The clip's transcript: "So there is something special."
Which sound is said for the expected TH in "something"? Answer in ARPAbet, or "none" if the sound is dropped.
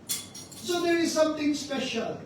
T